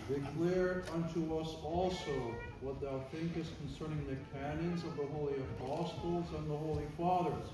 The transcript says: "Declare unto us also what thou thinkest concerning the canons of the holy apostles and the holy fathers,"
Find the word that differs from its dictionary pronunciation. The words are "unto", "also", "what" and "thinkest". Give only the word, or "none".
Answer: none